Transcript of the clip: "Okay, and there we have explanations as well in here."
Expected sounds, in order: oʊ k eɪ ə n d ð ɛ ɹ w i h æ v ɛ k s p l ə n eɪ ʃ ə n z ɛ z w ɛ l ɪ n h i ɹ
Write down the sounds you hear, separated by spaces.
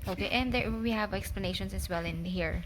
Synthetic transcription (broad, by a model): oʊ k eɪ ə n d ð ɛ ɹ w i h æ v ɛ k s p l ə n eɪ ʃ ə n s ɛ s w ɛ l ɪ n h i ɹ